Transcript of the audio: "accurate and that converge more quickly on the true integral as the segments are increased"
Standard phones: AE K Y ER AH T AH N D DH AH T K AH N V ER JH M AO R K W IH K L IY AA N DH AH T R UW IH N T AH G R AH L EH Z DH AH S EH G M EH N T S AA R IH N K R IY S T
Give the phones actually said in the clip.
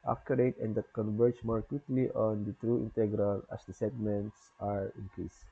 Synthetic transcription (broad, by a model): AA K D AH T AH N D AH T K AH N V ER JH M AO R K W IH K L IY AA N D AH T R UW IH N T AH G R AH L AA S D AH S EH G M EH N T S AA R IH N K R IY S